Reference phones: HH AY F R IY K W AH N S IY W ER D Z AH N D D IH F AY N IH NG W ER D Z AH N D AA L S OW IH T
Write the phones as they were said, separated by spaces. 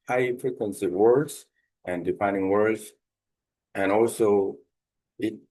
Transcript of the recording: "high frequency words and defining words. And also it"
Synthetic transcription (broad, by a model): HH AY P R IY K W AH N S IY W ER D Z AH N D D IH P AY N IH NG W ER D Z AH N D AA L S OW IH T